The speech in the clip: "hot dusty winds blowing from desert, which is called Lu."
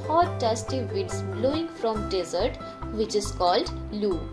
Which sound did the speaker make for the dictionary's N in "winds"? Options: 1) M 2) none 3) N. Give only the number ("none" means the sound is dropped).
2